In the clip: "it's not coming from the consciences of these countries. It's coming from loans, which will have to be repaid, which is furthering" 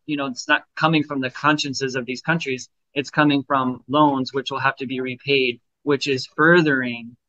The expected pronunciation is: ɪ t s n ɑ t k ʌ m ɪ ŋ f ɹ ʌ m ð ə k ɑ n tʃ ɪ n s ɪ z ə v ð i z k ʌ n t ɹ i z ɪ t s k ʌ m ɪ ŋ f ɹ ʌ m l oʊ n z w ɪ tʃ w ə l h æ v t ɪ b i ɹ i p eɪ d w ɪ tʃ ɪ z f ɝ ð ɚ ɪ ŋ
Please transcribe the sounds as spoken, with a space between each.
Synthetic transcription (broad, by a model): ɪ t s n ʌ t k ʌ m ɪ ŋ f ɹ ʌ m ð ə k ɑ n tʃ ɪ n s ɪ z ə v ð i z k ʌ n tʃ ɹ i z ɪ t s k ʌ m ɪ ŋ f ɹ ʌ m l oʊ n z w ɪ tʃ w ə l h æ f t ɪ b i ɹ i p eɪ d w ɪ tʃ ɪ z f ɝ ð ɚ ɪ ŋ